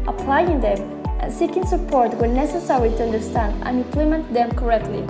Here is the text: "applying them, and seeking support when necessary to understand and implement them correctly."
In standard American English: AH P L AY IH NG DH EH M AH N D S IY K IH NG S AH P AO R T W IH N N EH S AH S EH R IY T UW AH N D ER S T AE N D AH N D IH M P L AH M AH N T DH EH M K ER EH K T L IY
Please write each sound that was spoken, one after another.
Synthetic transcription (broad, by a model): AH P L AY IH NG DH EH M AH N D S IY K IH NG S AH P AO R T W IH L N EH S AH S EH R IY T UW AH N D ER S T AE N D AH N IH M P L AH M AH N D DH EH M K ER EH K T L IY